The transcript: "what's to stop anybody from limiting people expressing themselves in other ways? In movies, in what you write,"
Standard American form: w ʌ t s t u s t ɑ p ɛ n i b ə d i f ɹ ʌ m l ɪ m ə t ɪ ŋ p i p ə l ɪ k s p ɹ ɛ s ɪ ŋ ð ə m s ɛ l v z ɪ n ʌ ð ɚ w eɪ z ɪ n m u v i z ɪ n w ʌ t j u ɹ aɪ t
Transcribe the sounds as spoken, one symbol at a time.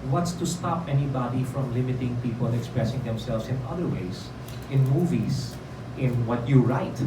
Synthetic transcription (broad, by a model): w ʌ t s t u s t ɑ p ɛ n i b ə d i f ɹ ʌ m l ɪ m ə t ɪ ŋ p i p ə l ɪ k s p ɹ ɛ s ɪ ŋ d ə m s ɛ l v s ɪ n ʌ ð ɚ w eɪ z ɪ n m u v i s ɪ n w ʌ t j u ɹ aɪ t